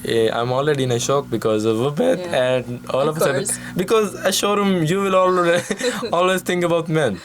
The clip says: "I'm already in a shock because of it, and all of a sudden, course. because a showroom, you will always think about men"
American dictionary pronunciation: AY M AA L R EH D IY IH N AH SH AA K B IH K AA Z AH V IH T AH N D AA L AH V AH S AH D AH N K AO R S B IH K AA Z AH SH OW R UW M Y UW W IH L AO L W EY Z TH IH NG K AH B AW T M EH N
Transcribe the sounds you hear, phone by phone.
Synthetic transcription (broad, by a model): AY M AA L R EH D IY IH N AH SH AA K B IH K AA Z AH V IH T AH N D AA L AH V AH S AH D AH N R B IH K AA Z AH SH OW R UW M Y UW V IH L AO L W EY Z T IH NG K AH B AW T M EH N